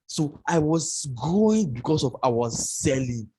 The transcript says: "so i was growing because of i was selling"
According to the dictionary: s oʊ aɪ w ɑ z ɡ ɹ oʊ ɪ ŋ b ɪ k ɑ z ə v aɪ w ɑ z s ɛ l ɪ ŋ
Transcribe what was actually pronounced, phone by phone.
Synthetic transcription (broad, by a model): s oʊ aɪ w ɑ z ɡ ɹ oʊ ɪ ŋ b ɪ k ɑ s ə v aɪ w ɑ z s ɛ l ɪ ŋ